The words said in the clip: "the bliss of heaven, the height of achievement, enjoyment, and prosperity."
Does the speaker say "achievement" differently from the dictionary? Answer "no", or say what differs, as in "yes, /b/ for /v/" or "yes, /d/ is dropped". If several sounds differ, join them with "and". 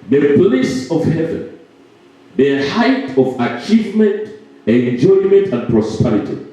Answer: no